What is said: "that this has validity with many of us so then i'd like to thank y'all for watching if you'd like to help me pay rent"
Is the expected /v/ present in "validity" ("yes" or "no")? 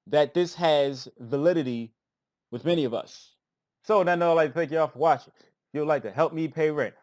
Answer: yes